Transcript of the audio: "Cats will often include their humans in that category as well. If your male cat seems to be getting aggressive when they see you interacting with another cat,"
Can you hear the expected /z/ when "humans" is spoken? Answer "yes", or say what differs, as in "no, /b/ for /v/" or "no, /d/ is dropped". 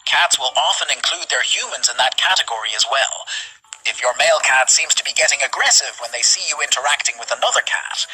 yes